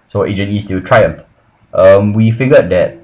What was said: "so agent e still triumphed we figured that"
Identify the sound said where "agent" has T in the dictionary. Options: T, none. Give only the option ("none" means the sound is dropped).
none